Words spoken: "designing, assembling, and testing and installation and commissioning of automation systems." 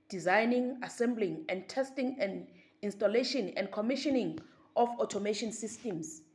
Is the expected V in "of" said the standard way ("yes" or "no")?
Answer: no